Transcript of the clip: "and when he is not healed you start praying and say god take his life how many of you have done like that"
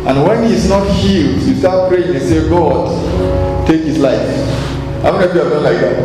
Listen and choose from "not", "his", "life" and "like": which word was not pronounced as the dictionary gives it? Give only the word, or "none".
his